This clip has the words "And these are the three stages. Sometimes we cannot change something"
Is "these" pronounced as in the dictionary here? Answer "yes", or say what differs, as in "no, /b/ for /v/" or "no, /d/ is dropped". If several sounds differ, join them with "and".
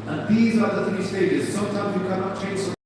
yes